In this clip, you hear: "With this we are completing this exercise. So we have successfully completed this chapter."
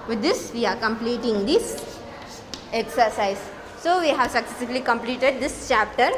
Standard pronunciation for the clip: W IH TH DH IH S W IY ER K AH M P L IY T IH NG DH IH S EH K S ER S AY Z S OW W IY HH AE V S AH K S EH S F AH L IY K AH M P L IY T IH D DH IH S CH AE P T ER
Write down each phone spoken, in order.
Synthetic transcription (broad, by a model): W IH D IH S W IY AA K AH M P L IY T IH NG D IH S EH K S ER S AY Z S OW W IY HH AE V S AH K S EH S AH L IY K AH M P L IY T IH D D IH S CH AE P T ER